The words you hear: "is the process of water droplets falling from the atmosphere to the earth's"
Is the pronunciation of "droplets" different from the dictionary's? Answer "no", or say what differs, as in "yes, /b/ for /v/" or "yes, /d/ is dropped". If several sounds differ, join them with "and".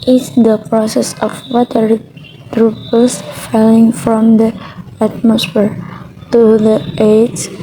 yes, /l/ is dropped